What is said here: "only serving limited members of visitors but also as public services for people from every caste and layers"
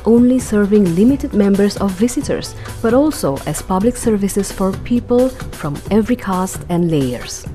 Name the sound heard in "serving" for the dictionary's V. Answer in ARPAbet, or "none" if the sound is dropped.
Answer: V